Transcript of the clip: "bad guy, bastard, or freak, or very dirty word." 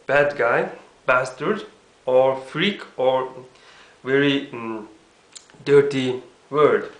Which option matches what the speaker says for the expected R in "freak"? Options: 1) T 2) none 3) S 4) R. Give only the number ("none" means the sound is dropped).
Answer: 4